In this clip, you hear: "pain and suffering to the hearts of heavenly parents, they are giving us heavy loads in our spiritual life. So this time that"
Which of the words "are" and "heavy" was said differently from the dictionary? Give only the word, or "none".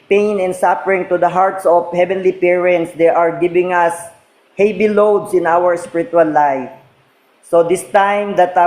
heavy